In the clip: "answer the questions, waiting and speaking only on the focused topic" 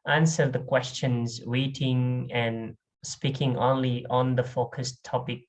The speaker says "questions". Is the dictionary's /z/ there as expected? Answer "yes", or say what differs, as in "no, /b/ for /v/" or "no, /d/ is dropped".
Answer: yes